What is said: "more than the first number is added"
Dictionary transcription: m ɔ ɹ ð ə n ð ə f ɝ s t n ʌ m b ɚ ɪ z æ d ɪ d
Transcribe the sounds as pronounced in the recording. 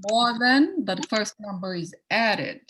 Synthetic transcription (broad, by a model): m ɔ ɹ ð ə n ð ə f ɝ s t n ʌ m b ɚ ɪ z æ d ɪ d